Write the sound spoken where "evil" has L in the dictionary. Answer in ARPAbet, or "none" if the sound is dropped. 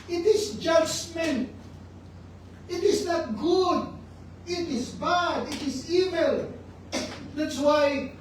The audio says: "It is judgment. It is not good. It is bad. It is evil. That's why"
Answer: L